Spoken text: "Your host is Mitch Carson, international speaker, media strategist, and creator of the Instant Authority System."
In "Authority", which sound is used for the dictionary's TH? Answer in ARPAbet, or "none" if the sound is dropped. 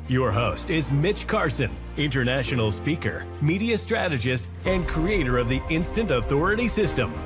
TH